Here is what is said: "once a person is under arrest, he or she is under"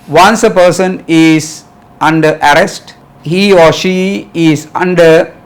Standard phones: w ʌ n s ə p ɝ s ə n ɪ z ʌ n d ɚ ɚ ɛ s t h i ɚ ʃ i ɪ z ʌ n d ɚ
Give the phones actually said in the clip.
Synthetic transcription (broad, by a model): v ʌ n s ə p ɝ s ə n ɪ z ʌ n d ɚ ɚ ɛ s t h i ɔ ʃ i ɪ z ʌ n d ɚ